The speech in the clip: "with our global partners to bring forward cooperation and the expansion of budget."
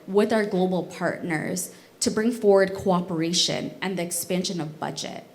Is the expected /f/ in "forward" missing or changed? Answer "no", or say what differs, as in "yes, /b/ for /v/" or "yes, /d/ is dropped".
no